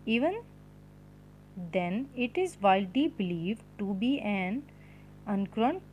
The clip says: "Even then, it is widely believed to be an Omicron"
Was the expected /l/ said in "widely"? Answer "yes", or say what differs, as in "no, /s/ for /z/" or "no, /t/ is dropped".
no, /l/ is dropped